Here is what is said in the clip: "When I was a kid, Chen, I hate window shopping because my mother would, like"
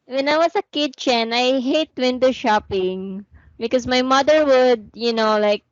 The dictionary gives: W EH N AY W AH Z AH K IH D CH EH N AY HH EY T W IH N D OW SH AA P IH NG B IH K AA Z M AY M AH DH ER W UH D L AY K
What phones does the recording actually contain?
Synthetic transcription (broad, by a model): W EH N AY W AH S AH K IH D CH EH N AY HH EY T W IH N D OW SH AA P IH NG B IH K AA S M AY M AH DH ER W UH D L AY K